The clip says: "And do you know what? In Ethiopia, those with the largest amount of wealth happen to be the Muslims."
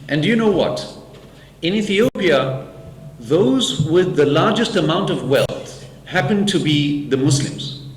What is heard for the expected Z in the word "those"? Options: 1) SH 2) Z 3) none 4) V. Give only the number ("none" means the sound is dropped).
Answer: 2